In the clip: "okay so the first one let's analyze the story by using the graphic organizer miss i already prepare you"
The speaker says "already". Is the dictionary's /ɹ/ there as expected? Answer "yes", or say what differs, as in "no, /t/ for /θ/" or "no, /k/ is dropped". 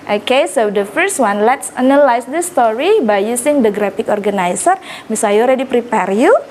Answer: yes